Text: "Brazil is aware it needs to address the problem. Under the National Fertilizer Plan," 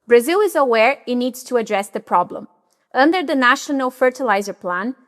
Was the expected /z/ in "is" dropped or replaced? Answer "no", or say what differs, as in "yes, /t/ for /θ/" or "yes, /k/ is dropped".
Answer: no